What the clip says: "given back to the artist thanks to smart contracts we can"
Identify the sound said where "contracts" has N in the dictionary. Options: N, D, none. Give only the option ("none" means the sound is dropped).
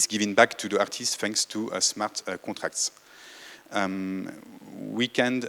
none